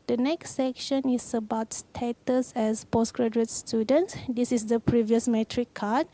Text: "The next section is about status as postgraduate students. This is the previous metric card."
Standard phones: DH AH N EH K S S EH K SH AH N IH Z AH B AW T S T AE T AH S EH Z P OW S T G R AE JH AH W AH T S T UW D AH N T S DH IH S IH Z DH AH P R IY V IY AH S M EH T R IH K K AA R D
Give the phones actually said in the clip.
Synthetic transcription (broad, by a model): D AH N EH K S S EH K SH AH N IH S AH B AW T S T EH T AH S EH S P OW S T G R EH JH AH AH T S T UW D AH N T S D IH S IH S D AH P R IY V IY AH S M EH T R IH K K AA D